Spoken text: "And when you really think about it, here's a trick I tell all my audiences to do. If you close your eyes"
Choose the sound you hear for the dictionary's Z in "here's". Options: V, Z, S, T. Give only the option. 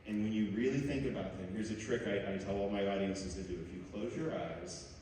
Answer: Z